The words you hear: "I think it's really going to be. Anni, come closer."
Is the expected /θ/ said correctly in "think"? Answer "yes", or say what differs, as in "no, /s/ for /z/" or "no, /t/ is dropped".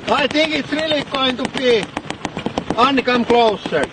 no, /t/ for /θ/